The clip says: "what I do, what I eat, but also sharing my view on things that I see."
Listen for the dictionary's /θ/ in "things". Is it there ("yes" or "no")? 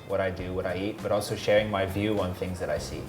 yes